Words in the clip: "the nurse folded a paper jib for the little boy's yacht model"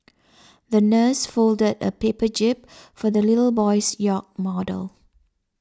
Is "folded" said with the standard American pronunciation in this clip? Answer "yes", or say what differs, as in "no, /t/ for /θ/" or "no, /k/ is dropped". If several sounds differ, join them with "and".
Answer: yes